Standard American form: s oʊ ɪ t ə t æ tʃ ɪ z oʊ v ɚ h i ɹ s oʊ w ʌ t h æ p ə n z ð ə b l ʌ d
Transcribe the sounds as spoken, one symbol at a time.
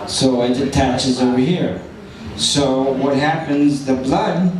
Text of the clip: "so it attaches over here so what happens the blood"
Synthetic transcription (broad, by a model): s oʊ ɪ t ə t æ tʃ ɪ z oʊ v ɚ h i ɹ s oʊ w ʌ t h æ p ə n z ð ə b l ʌ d